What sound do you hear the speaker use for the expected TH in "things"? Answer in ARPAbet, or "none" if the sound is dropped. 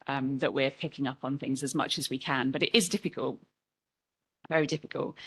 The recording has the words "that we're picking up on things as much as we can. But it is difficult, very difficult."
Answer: TH